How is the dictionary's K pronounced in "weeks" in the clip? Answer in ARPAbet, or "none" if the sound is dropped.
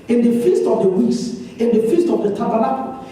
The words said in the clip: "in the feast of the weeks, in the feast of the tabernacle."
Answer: none